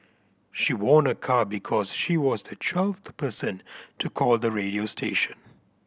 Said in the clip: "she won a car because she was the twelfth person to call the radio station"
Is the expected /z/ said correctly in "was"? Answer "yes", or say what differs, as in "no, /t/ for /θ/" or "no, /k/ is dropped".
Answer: yes